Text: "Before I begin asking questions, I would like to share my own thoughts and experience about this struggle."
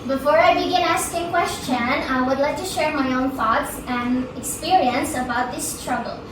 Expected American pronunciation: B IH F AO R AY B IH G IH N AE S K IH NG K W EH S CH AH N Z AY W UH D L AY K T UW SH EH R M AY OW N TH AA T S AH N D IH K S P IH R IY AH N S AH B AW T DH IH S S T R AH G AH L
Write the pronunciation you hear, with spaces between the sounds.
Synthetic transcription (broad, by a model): B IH F AO R AY B IH G IH N AE S K IH NG K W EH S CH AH N AY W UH D L AY K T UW SH EH R M AY OW N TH AA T S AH N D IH K S P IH R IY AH N S AH B AW T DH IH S S T R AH G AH L